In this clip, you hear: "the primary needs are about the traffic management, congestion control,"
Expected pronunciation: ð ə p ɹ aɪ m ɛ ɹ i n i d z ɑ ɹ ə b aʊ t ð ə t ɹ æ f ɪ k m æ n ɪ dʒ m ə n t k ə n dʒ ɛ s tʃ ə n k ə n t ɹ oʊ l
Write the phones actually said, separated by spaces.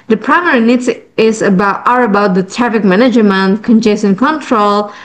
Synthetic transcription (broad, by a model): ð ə p ɹ aɪ m ɛ ɹ i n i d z ɑ ɹ ə b aʊ t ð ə t ɹ æ f ɪ k m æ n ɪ dʒ m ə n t k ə n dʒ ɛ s ə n k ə n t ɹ oʊ l